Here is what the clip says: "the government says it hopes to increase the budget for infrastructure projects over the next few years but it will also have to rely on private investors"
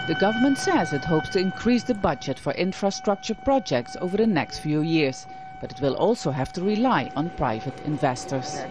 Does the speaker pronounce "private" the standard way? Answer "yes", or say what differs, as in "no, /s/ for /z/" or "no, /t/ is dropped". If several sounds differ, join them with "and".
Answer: yes